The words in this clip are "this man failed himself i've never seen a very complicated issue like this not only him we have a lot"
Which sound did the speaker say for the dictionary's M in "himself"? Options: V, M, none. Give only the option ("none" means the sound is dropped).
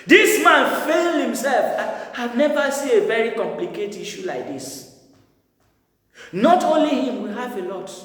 M